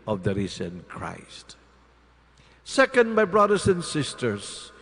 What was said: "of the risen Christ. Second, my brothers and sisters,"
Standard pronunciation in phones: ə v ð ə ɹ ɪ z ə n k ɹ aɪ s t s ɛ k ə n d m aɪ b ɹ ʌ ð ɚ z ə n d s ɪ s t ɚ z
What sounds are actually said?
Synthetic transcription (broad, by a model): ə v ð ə ɹ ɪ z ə n k ɹ aɪ s t s ɛ k ə n d m aɪ b ɹ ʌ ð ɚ s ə n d s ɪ s t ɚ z